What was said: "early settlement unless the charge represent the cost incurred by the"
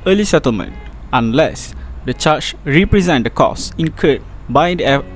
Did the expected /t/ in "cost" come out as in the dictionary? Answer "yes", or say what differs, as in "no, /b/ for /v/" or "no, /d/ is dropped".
no, /t/ is dropped